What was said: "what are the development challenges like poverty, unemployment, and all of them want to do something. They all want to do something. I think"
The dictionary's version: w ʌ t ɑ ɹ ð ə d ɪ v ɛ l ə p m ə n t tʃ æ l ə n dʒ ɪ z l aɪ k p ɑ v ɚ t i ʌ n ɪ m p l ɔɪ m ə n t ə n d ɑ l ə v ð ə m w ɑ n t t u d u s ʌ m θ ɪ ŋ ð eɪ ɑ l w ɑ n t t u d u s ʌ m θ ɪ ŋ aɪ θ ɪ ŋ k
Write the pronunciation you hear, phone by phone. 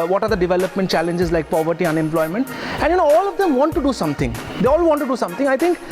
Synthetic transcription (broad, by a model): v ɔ t ɑ ɹ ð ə d ɪ v ɛ l ə p m ə n t tʃ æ l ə n dʒ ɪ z l aɪ k p ɑ v ɚ t i ʌ n ɪ m p l ɔɪ m ə n t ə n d ɑ l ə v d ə m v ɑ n t t u d u s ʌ m t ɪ ŋ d eɪ ɑ l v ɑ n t t u d u s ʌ m t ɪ ŋ aɪ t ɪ ŋ k